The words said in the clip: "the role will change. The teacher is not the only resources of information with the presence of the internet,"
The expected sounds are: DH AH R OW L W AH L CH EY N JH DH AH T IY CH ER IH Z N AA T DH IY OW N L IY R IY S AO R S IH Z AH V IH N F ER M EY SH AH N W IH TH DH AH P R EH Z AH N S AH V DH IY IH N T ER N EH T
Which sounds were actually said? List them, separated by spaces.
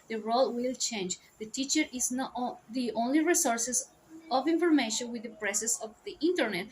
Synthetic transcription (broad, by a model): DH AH R OW L W AH L CH EY N JH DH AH T IY CH ER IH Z N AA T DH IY OW N L IY R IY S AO R S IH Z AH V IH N F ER M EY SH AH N W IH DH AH P R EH S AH S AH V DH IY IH N T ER N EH T